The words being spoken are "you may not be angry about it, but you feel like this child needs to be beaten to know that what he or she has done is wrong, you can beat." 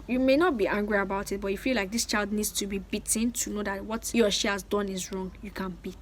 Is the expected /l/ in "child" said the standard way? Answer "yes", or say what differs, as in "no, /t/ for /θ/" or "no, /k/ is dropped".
yes